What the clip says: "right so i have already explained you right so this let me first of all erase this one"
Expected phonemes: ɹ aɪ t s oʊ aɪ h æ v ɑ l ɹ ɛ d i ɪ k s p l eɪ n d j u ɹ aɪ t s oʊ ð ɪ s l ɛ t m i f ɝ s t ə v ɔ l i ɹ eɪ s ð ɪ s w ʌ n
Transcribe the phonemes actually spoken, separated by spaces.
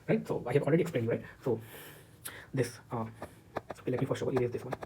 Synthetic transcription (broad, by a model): ɹ aɪ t s oʊ aɪ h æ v ɑ l ɹ ɛ d i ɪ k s p l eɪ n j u ɹ aɪ t s oʊ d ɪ s l ɛ t m i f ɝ t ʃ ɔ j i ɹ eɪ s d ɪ s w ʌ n